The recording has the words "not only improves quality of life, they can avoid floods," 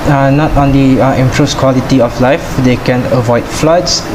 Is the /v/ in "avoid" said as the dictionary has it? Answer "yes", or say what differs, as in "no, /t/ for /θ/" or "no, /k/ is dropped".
yes